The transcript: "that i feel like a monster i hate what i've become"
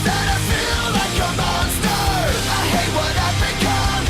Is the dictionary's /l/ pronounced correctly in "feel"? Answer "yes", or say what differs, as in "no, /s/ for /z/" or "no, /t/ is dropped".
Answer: yes